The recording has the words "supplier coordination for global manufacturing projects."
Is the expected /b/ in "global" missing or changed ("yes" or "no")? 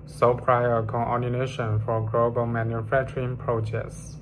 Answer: no